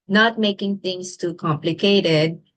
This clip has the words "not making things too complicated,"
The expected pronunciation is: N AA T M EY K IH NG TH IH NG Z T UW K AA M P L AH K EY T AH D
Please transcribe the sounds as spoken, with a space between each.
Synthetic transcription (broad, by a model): N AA T M EY K IH NG T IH NG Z T UW K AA M P L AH K EY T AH D